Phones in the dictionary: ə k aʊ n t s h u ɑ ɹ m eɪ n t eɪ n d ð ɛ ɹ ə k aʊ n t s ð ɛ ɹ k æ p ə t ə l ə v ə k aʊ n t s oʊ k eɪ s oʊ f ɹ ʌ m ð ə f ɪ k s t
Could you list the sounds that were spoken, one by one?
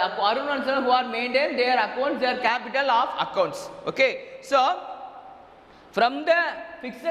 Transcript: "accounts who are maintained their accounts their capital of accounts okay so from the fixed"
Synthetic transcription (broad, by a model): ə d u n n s h u ɑ ɹ m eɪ n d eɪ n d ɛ ɹ ə k aʊ n t s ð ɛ ɹ k æ p ə t ə l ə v ə k aʊ n t s oʊ k eɪ s oʊ f ɹ ʌ m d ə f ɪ k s